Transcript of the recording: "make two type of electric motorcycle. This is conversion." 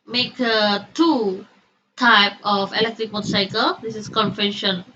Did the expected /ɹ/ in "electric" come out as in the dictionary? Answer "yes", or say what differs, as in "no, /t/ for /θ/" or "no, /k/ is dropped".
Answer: yes